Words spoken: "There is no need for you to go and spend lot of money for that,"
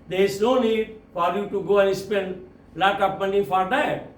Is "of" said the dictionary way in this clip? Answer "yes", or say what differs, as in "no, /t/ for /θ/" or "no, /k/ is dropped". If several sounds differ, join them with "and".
no, /p/ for /v/